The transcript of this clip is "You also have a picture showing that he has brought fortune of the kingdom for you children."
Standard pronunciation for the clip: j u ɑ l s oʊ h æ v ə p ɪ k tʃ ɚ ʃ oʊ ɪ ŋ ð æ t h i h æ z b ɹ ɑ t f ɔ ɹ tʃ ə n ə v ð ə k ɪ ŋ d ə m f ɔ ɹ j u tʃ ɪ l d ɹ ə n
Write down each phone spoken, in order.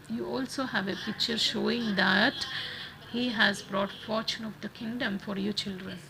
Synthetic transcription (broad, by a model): j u ɑ l s oʊ h æ v ə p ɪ k tʃ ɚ ʃ oʊ ɪ ŋ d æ t h i h æ z b ɹ ɑ t f ɔ ɹ tʃ ə n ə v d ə k ɪ ŋ d ə m f ɔ ɹ j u tʃ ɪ l d ɹ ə n